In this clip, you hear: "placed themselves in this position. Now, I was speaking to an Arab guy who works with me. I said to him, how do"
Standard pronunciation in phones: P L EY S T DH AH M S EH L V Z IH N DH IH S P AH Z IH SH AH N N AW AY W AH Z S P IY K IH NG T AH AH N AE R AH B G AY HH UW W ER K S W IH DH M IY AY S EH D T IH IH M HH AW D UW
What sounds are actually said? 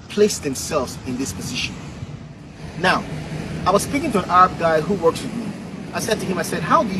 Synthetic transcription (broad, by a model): P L EY S DH AH M S EH L V Z IH N DH IH S P AH Z IH SH AH N N AW AY W AH Z S P IY K IH NG T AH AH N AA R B G AY HH UW W ER K S W IH DH M IY AY S EH D T IH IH M HH AW D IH